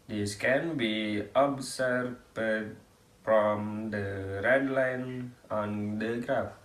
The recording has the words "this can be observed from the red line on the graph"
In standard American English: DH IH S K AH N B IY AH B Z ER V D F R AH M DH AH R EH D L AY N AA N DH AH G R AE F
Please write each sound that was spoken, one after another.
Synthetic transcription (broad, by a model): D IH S K AH N B IY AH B S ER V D F R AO M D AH R EH D L AY N AA N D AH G R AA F